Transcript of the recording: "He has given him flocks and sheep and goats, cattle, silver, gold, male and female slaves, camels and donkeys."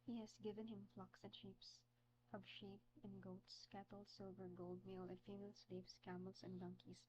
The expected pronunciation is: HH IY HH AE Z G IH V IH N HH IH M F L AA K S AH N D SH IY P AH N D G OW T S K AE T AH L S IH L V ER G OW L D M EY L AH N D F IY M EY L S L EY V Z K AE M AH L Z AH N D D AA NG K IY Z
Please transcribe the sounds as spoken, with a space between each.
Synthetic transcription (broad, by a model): HH IY HH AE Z G IH V IH N HH IH M F L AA K S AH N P SH IY P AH N G OW T S K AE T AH L S IH L V ER G OW L D M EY L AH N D F IY M EY L S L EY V S K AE M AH L S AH N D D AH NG K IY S